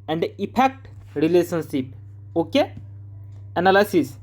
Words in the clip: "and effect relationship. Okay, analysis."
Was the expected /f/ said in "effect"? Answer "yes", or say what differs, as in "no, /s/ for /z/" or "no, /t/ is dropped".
no, /p/ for /f/